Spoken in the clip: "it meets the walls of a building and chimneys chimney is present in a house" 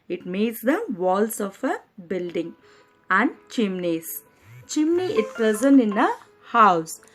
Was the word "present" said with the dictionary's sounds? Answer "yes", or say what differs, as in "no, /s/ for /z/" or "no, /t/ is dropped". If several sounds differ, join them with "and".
no, /t/ is dropped